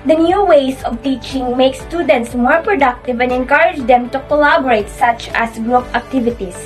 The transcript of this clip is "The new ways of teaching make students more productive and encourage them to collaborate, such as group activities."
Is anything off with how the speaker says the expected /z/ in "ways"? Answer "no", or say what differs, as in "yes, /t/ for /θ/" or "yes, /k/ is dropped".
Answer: yes, /s/ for /z/